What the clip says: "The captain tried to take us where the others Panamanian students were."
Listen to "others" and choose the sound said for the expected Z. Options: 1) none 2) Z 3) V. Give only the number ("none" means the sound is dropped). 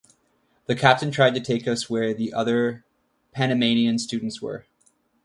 1